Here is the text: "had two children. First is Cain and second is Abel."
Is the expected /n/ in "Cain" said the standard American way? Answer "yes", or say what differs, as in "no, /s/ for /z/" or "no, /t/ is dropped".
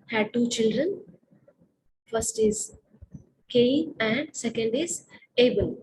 no, /n/ is dropped